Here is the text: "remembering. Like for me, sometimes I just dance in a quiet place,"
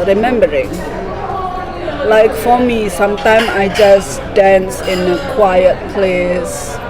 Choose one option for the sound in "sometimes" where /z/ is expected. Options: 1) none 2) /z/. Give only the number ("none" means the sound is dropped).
1